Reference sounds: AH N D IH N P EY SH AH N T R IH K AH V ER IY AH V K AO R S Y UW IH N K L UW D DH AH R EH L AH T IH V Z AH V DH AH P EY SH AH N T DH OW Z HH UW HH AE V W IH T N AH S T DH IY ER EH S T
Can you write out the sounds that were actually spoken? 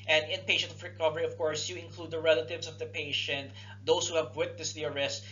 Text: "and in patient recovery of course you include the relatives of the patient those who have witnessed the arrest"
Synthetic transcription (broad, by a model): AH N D IH N P EY SH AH N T R IH K AH V ER IY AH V K AO R S Y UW IH N K L UW D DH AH R EH L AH T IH V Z AH V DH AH P EY SH AH N T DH OW S HH UW HH AE V W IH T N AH S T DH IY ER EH S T